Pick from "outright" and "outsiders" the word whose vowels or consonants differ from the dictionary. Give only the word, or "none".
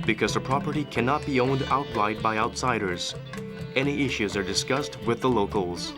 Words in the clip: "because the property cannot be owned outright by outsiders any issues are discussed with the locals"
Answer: outright